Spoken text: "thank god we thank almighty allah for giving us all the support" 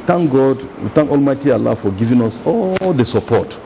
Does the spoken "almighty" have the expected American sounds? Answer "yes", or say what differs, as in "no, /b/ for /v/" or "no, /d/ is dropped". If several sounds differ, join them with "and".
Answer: yes